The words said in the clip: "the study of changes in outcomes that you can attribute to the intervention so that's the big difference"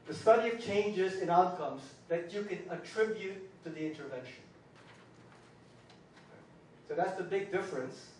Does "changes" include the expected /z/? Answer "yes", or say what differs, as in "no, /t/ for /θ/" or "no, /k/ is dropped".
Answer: yes